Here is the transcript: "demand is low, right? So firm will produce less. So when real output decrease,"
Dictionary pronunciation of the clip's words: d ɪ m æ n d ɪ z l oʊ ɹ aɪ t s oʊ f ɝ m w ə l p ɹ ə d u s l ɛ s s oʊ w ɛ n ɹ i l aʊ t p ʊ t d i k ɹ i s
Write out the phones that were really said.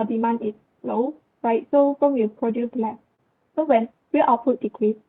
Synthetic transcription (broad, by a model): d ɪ m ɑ n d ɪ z l oʊ ɹ aɪ t s oʊ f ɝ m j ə p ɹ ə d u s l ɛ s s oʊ w ɛ n w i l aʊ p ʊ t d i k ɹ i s